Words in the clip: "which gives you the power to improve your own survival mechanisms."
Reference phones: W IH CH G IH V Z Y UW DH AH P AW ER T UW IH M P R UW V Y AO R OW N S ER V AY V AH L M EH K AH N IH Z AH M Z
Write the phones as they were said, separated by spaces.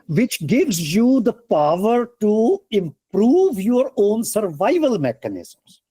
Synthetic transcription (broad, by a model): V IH CH G IH V Z Y UW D AH P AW ER T UW IH M P R UW V Y AO R OW N S ER V AY V AH L M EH K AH N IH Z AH M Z